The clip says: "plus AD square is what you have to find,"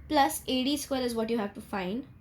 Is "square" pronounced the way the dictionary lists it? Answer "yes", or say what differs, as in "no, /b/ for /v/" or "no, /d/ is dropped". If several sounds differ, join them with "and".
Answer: no, /l/ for /ɹ/